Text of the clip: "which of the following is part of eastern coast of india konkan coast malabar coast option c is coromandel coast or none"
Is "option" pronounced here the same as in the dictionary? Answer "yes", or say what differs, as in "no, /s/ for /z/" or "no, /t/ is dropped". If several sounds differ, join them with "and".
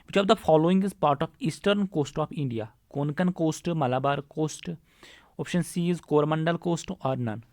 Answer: yes